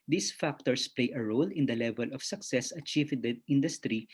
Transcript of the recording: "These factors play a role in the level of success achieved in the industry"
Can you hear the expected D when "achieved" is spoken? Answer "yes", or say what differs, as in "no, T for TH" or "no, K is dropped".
no, D is dropped